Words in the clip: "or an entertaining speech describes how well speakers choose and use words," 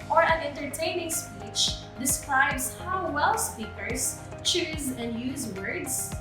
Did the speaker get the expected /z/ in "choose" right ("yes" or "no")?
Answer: yes